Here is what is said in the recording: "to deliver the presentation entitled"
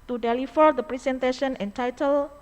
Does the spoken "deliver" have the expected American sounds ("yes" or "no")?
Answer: no